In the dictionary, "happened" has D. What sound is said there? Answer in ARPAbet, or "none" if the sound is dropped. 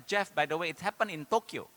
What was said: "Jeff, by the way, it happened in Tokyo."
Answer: none